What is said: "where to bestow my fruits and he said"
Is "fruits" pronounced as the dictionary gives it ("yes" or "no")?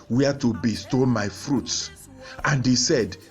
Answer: yes